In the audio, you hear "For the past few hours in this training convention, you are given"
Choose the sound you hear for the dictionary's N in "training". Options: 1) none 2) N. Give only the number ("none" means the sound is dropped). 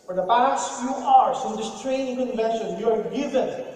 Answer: 1